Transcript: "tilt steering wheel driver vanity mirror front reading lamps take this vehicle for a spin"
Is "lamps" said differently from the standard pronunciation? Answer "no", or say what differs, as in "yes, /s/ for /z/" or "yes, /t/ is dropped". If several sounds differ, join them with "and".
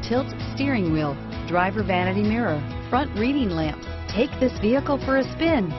yes, /s/ is dropped